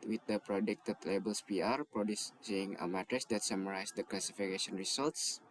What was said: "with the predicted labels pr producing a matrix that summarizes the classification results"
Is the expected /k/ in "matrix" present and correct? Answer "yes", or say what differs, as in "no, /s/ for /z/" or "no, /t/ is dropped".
no, /k/ is dropped